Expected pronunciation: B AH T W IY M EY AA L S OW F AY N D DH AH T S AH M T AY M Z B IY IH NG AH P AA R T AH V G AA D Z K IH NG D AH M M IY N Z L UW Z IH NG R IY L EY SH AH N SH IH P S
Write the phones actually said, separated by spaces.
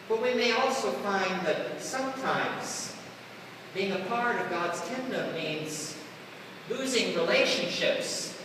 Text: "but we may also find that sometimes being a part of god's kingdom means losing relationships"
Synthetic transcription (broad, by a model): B AH T W IY M EY AA L S OW F AY N DH AH T S AH M T AY M Z B IY IH NG AH P AA R T AH V G AA D Z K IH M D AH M M IY N Z L UW Z IH NG R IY L EY SH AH N SH IH P S